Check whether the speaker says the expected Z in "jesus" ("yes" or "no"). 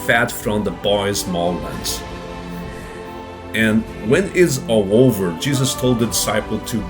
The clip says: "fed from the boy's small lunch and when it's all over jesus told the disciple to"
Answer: yes